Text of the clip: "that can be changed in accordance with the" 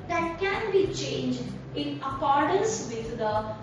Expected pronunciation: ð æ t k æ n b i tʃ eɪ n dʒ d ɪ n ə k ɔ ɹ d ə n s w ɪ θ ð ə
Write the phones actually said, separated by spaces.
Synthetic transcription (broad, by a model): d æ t k æ n b i tʃ eɪ n dʒ d ɪ n ə k ɔ ɹ d ə n s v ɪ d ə